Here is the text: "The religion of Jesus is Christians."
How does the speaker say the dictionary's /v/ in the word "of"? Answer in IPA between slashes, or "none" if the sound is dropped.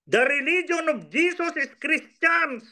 /b/